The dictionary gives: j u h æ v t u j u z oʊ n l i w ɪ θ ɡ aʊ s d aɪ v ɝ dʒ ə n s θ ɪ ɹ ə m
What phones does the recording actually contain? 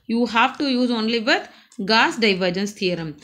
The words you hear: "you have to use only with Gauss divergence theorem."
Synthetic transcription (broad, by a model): j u h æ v t u j u z oʊ n l i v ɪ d ɡ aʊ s d aɪ v ɝ dʒ ə n s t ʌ ɹ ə m